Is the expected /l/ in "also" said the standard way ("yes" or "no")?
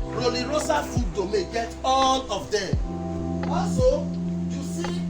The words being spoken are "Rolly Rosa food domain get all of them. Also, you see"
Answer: no